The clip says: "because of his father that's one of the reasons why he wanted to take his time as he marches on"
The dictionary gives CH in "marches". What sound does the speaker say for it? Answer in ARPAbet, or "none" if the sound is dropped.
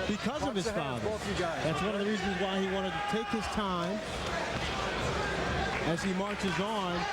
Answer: CH